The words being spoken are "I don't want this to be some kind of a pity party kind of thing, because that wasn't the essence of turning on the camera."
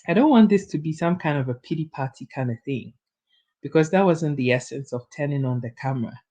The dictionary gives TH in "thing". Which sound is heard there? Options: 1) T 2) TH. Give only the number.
2